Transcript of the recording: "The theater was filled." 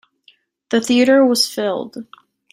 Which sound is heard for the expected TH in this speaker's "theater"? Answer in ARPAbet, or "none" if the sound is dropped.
TH